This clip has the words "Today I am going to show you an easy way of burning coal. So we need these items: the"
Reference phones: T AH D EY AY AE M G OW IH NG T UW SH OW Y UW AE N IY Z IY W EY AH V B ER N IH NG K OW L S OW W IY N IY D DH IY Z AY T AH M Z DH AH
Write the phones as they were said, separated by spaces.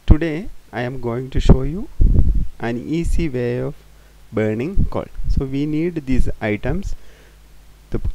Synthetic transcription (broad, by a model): T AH D EY AY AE M G OW IH NG T UW SH OW Y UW AE N IY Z IY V EY AH V B ER N IH NG K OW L S OW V IY N IY D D IY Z AY T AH M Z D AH